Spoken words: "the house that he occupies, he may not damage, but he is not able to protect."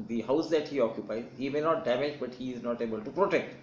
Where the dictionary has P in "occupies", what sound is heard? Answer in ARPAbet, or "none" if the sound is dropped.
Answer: P